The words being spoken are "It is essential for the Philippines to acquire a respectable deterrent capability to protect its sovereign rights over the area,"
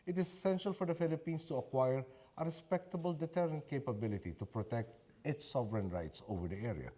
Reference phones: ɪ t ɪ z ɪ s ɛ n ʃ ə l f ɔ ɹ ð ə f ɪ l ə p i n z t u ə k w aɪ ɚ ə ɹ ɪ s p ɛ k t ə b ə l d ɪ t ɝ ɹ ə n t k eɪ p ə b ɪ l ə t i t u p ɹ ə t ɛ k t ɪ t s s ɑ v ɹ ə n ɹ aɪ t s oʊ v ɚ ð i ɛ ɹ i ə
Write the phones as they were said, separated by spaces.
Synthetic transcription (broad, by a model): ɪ t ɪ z ɪ s ɛ n ʃ ə l f ɔ ɹ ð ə f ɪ l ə p i n s t u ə k w aɪ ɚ ə ɹ ɪ s p ɛ k t ə b ə l d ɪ t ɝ ɹ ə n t k eɪ p ə b ɪ l ə t i t u p ɹ ə t ɛ k t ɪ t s s ɑ v ɹ ə n ɹ aɪ t s oʊ v ɚ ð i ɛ ɹ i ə